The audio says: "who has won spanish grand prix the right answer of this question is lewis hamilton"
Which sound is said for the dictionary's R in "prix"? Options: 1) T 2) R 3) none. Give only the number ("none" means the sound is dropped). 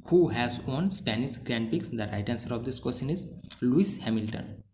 3